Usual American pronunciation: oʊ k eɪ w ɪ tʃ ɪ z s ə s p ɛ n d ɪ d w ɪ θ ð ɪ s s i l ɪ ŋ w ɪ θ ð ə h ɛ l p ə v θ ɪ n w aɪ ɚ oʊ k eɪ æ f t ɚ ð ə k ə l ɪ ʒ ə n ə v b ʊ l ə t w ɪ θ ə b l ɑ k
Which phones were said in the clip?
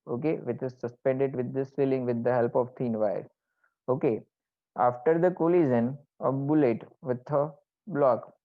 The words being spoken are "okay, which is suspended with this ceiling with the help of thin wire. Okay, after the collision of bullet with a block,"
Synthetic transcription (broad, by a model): oʊ k eɪ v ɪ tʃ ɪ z s ə s p ɛ n d ɪ d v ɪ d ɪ s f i l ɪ ŋ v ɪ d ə h ɛ l p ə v t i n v aɪ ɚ oʊ k eɪ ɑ f t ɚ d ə k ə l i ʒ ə n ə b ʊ l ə t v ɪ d ə b l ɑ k